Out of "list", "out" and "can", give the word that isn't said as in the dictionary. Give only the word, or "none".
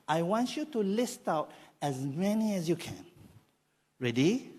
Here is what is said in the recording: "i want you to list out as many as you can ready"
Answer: none